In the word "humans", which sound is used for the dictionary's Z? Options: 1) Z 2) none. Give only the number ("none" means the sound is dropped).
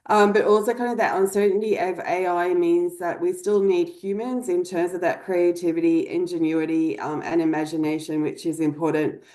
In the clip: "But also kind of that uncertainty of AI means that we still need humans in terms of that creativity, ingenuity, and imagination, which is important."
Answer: 1